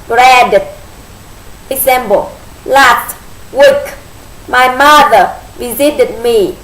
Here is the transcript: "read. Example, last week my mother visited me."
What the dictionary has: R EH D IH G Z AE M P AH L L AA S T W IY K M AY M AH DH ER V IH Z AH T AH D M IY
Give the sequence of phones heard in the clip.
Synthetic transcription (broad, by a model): R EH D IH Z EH M B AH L L AA S T W IY K M AY M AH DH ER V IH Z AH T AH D M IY